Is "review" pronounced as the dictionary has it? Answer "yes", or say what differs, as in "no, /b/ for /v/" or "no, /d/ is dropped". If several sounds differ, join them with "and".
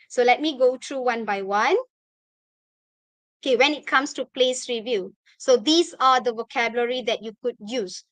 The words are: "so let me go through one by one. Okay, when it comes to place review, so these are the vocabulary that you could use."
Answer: yes